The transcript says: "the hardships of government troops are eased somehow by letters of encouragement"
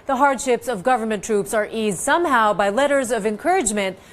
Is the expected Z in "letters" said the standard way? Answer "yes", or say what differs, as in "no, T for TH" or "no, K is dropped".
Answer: yes